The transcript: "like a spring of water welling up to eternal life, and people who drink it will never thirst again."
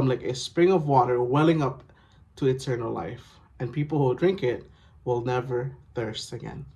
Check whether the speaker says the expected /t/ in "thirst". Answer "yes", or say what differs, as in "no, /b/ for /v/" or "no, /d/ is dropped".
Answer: yes